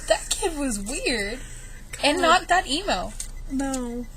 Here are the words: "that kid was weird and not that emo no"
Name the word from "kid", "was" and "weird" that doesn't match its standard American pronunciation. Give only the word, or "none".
none